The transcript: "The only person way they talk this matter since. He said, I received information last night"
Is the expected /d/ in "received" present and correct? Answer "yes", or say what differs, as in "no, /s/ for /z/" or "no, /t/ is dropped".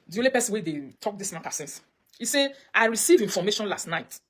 no, /d/ is dropped